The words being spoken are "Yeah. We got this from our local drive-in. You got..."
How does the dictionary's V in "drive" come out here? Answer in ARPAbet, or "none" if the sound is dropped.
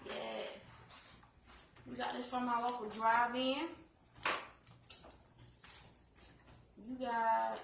V